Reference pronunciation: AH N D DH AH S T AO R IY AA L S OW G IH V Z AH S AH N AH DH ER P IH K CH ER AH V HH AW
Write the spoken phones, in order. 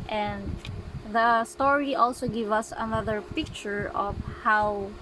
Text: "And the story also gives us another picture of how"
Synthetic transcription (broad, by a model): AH N D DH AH S T AO R IY AA L S OW G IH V AH S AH N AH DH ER P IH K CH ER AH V HH AW